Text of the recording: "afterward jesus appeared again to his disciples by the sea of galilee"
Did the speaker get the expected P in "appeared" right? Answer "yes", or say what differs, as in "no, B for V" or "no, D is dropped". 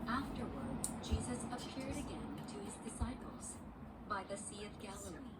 yes